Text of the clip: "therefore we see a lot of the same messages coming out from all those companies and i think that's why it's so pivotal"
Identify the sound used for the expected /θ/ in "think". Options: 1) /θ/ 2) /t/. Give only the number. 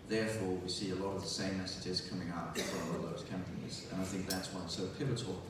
1